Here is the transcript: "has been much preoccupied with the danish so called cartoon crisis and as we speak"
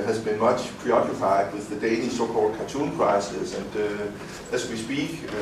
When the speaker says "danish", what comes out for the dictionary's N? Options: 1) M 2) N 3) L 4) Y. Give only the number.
3